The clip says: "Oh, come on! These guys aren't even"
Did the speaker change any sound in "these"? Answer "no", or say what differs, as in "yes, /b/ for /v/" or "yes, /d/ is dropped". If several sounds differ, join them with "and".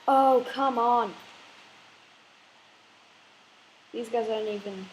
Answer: no